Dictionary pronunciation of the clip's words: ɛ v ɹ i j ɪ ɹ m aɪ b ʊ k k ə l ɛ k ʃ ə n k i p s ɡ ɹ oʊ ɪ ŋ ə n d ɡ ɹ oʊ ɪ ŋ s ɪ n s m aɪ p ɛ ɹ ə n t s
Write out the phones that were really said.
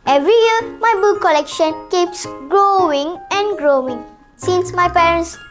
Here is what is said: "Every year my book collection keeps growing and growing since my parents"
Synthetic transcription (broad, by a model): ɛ v ɹ i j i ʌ m aɪ b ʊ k k ə l ɛ k ʃ ə n k i p s ɡ ɹ oʊ ɪ ŋ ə n ɡ ɹ oʊ ɪ ŋ s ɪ n s m aɪ p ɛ ɹ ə n s